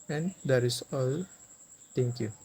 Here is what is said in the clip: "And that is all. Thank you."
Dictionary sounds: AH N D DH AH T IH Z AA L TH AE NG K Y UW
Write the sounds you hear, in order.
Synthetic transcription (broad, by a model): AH N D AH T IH S AA L T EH NG K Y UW